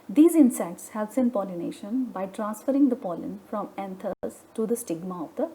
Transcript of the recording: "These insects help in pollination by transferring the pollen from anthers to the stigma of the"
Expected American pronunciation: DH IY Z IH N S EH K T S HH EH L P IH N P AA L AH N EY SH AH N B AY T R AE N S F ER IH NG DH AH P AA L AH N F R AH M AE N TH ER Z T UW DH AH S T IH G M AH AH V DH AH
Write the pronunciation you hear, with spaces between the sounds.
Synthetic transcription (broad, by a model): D IY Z IH N S EH K T S HH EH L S IH N P AA L AH N EY SH AH N B AY T R AE N S F ER IH NG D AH P AA L AH N F R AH M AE N T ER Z T UW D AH S T IH G M AH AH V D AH